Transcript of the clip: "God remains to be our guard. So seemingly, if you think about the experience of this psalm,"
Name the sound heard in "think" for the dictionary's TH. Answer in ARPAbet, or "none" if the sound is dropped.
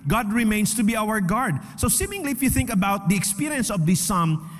TH